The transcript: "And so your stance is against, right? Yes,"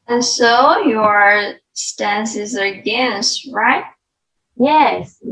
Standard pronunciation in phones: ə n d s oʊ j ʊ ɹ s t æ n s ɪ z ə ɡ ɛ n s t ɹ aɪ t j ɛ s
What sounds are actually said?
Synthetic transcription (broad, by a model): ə n s oʊ j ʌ ɹ s t æ n s ɪ z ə ɡ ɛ n s t ɹ aɪ t j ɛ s